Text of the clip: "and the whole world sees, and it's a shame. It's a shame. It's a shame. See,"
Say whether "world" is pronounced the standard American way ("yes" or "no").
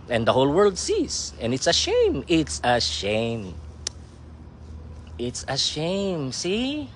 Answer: yes